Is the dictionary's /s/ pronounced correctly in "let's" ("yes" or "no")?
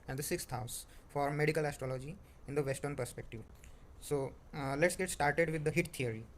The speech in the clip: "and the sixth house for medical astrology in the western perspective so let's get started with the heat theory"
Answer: yes